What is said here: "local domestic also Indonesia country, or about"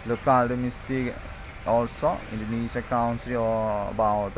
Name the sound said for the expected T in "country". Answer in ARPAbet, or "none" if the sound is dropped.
S